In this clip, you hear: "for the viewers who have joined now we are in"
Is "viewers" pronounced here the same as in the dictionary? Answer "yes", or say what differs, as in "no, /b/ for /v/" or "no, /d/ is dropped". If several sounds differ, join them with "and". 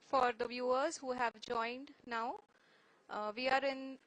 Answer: yes